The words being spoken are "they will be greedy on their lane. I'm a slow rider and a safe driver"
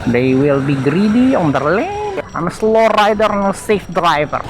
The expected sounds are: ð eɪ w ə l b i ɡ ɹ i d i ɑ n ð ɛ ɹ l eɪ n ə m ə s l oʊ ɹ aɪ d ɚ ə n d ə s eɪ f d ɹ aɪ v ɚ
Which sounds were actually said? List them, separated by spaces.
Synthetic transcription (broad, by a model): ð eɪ w ə l b i ɡ ɹ i d i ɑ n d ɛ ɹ l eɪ ə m ə s l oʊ ɹ aɪ d ɚ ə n ə s eɪ f d ɹ aɪ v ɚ